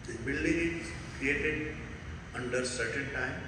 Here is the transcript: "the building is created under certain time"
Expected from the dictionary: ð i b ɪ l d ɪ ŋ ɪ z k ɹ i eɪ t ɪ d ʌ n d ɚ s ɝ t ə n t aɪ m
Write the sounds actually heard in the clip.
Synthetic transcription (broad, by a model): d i b ɪ l d ɪ ŋ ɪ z k ɹ i eɪ t ɪ d ʌ n d ɚ s ɝ t ə n t aɪ m